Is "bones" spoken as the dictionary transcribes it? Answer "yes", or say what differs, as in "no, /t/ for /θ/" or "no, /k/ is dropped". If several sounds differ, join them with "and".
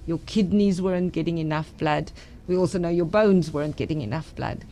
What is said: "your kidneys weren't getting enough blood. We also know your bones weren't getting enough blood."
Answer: yes